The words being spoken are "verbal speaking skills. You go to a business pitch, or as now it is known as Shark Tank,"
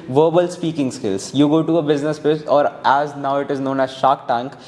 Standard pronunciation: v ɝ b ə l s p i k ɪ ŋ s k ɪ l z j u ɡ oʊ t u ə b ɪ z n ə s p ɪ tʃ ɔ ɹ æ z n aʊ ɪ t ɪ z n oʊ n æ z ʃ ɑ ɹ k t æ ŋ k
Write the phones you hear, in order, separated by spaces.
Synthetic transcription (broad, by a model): v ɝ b ə l s p i k ɪ ŋ s k ɪ l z j u ɡ oʊ t u ə b ɪ z n ə s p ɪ s ɔ ɹ æ z n aʊ ɪ t ɪ z n oʊ n æ z ʃ ɑ k t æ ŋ k